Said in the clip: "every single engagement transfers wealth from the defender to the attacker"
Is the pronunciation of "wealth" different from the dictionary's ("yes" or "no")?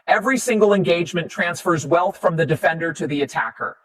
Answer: no